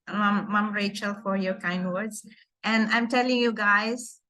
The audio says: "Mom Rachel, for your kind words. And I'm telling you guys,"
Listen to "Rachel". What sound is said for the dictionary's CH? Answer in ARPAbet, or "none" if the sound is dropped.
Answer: CH